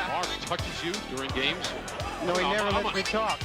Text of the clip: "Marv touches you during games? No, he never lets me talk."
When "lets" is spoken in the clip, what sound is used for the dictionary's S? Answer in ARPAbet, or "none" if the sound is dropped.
none